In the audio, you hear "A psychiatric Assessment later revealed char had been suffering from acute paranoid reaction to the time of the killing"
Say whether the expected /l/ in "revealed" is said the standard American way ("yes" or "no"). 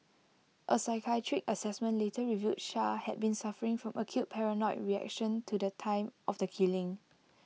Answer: no